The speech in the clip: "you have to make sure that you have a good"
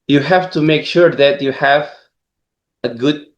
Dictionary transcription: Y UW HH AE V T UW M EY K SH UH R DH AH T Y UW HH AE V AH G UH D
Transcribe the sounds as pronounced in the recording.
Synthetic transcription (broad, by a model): Y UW HH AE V T UW M EY K SH UH R DH AH T Y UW HH AE V AH G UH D